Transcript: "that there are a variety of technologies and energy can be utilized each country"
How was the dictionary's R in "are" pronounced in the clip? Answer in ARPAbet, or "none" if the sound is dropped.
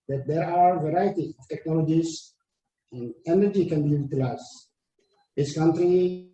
W